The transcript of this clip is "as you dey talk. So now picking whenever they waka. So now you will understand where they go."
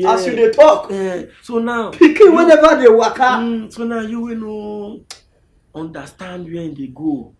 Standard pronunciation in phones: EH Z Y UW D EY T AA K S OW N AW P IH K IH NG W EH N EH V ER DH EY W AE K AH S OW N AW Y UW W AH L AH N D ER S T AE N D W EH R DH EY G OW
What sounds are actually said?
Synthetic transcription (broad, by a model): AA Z Y UW D EY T AA K S OW N AW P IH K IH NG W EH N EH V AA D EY W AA K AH S OW N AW Y UW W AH N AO N D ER S T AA N D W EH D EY G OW